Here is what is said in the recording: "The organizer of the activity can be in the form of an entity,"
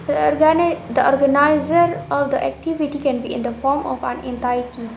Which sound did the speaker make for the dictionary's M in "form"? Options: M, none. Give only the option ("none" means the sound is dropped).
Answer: M